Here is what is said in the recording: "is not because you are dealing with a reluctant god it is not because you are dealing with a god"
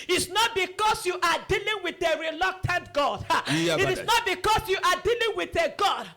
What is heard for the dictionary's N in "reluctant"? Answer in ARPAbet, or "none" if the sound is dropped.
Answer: N